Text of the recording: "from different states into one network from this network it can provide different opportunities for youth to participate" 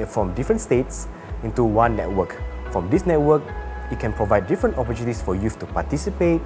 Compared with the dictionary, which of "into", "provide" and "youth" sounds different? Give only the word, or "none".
youth